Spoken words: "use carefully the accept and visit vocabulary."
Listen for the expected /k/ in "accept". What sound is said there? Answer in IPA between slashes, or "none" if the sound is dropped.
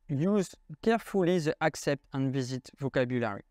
/k/